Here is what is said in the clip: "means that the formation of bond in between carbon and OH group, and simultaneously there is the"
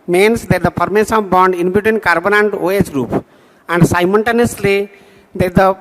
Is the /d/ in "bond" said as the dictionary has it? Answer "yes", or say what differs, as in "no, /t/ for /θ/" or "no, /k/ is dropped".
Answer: yes